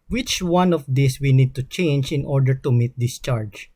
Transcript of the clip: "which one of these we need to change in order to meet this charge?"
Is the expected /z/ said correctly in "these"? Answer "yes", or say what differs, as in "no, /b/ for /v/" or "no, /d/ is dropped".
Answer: no, /s/ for /z/